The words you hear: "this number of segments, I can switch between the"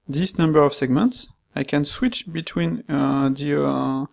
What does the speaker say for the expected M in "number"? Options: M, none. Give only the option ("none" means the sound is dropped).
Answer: M